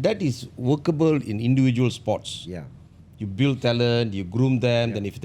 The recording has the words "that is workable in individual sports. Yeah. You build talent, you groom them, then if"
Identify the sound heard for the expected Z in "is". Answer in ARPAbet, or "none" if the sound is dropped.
S